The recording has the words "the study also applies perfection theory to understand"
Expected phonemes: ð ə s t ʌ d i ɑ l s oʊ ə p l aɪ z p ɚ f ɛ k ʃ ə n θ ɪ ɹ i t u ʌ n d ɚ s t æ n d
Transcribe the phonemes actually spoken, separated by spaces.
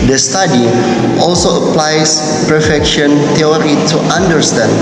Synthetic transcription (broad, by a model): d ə s t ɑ d i ɑ l s oʊ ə p l aɪ s p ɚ f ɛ k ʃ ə n t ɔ ɹ i t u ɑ n d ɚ s t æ n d